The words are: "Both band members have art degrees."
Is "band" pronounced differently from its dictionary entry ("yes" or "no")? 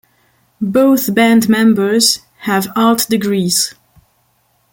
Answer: no